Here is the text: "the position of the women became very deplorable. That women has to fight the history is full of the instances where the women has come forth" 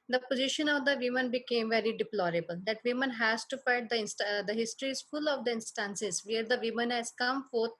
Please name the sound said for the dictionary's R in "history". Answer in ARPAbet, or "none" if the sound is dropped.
R